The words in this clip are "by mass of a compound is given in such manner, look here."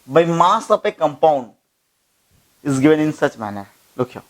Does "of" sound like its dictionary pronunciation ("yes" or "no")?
no